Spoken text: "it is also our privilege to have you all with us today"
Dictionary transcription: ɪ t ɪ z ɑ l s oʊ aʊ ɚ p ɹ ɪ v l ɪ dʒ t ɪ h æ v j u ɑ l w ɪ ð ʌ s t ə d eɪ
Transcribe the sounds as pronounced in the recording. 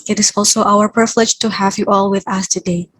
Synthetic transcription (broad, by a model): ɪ t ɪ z ɑ l s oʊ aʊ ɚ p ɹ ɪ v l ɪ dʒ t ɪ h æ v j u ɑ l w ɪ ð ʌ s t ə d eɪ